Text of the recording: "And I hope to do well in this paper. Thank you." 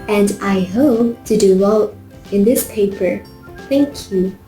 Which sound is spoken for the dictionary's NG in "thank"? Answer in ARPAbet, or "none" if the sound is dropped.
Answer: NG